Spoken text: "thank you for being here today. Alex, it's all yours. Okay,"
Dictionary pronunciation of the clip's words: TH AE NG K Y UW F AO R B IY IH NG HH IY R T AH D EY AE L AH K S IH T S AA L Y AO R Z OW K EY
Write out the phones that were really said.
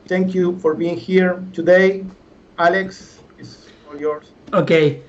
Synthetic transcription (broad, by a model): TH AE NG K Y UW F AO R B IY IH NG HH IY R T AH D EY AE L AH K S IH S AA L Y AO R S OW K EY